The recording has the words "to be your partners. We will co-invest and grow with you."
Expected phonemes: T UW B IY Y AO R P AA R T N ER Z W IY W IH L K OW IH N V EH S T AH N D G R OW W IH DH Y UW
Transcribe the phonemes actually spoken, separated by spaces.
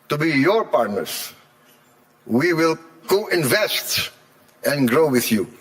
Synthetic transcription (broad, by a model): T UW B IY Y AO R P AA R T N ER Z W IY W IH L K OW IH N V EH S T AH N G R OW W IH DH Y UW